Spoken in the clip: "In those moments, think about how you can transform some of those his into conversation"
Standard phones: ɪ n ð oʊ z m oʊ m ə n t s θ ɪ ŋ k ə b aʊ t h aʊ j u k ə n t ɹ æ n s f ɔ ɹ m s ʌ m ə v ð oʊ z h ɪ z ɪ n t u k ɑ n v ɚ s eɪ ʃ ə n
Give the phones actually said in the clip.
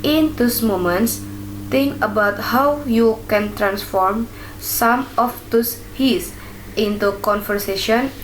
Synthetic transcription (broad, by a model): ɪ n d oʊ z m oʊ m ə n t s t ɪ ŋ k ə b aʊ t h aʊ j u k ə n t ɹ æ n s f ɔ ɹ m s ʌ m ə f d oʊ s h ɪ s ɪ n t u k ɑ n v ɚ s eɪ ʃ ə n